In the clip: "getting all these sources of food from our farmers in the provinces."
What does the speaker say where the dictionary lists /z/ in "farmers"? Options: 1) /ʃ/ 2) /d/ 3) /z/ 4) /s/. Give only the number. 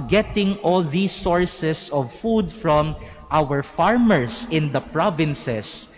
4